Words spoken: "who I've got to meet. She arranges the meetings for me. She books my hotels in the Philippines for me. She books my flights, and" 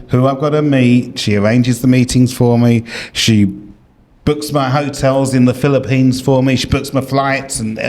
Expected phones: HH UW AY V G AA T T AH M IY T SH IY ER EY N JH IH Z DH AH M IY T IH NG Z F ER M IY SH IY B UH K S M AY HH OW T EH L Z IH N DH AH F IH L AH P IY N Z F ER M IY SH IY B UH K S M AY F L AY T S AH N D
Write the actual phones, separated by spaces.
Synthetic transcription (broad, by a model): HH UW AY V G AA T T AH M IY T SH IY ER EY N JH IH Z DH AH M IY T IH NG Z F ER M IY SH IY B UH K S M AY HH OW T EH L Z IH N DH AH F IH L AH P IY N Z F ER M IY SH IY B UH K S M AY F L AY T S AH N